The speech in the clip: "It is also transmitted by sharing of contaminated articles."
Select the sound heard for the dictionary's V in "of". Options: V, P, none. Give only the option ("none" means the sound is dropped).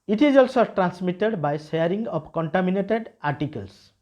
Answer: P